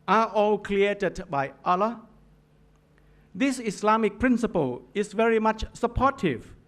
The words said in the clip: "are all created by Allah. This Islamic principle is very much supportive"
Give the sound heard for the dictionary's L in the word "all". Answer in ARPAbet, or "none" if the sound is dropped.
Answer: L